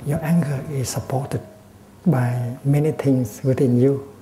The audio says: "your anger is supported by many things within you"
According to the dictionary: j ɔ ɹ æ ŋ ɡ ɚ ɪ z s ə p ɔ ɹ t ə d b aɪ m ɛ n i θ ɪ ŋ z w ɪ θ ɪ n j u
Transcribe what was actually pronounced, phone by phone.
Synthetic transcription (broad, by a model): j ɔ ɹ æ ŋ ɡ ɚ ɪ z s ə p ɔ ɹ t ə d b aɪ m ɛ n i t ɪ ŋ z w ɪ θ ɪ n j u